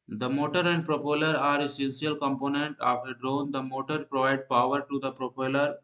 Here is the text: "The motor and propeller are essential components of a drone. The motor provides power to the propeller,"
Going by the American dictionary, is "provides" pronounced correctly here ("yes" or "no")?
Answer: no